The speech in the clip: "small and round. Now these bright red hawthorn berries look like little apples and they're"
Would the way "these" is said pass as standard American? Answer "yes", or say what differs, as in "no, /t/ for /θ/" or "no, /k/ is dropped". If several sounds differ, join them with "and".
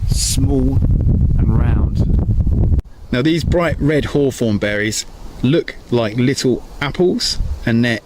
yes